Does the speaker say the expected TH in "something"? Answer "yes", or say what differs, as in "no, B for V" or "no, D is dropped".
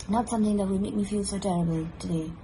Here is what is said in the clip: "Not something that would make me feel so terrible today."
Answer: yes